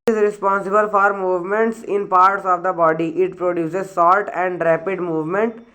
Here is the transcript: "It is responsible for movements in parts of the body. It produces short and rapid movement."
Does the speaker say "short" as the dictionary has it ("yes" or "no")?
no